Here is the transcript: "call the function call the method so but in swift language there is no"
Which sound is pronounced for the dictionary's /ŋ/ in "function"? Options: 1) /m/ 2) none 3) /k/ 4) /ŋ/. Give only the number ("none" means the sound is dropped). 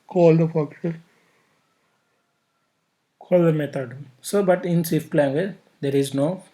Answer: 2